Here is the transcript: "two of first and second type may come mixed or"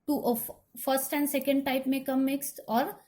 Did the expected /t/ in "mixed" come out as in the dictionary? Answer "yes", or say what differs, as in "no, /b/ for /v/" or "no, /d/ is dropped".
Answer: yes